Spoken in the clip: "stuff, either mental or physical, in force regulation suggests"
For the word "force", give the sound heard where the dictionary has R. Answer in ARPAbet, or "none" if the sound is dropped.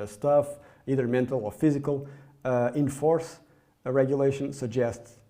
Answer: R